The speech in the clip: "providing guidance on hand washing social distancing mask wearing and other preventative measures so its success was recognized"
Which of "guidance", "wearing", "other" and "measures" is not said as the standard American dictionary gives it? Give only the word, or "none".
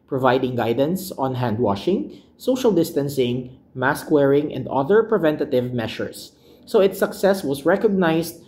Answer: measures